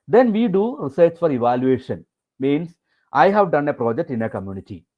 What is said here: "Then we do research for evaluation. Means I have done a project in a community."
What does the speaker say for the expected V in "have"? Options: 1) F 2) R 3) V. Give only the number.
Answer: 3